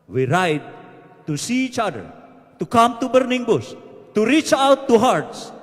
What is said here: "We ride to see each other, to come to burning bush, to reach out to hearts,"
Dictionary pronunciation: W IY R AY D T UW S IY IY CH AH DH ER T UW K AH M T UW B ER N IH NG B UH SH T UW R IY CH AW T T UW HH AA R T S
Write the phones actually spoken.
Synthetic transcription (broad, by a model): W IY R AY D T UW S IY IY CH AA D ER T UW K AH M T UW B ER N IH NG B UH S T UW R IY CH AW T T UW HH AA R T S